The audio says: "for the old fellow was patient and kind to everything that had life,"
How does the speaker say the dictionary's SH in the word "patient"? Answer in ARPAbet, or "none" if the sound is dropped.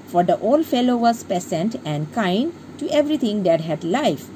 S